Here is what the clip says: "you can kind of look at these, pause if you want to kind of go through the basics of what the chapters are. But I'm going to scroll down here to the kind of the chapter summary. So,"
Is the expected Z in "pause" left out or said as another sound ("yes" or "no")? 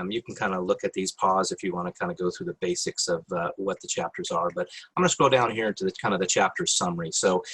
no